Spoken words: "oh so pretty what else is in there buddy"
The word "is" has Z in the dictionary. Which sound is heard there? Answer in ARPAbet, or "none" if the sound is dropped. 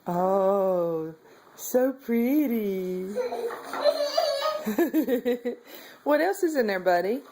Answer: Z